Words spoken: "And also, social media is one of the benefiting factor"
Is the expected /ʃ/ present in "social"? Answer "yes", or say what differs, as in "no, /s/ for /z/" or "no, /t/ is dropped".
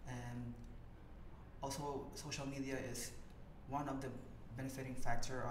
yes